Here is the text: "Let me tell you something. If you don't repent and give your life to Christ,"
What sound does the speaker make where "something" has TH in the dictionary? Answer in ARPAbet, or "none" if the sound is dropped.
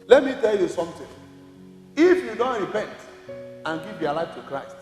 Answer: T